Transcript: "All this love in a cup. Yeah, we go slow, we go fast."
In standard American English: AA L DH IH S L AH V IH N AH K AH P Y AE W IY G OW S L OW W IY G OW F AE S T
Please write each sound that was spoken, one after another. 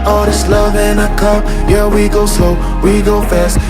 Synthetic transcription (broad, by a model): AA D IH S L AH V IH N AH K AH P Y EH W IY G OW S OW W IY G OW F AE S T